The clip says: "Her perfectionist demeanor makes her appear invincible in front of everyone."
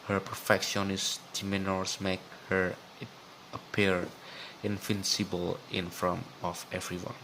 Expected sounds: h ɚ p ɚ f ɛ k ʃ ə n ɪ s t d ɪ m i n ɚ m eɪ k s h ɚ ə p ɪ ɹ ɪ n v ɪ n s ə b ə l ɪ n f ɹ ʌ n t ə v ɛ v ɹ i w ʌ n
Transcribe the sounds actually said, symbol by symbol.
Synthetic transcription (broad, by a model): h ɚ p ɚ f ɛ k ʃ ə n ɪ s t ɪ m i n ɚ m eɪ k h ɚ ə p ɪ ɹ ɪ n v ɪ n s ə b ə l ɪ n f ɹ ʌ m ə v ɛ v ɹ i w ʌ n